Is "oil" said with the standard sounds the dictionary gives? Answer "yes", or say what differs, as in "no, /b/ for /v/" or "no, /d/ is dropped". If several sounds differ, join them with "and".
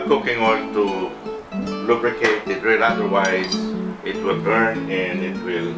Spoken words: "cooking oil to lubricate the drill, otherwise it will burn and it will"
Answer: no, /n/ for /l/